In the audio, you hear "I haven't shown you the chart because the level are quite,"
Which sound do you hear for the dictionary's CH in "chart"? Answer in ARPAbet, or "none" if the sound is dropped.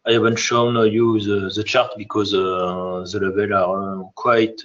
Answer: CH